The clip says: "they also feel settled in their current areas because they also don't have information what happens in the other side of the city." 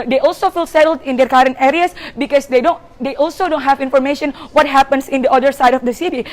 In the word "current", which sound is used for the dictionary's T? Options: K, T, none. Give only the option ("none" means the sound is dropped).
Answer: T